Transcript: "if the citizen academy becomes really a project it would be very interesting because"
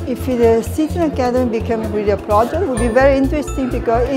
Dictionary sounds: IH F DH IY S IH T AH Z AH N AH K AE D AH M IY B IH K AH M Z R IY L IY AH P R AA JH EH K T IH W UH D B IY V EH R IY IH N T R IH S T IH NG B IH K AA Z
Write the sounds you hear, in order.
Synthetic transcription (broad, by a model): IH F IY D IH S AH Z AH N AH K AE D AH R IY B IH K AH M R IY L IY AH P R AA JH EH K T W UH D B IY V EH R IY IH N T R IH S T IH NG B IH K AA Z